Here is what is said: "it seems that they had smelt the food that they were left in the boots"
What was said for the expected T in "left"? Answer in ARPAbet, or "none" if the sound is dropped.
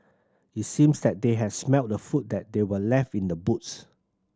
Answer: T